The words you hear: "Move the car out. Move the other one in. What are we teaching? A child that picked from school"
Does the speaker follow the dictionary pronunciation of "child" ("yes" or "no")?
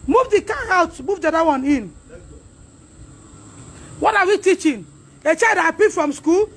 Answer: no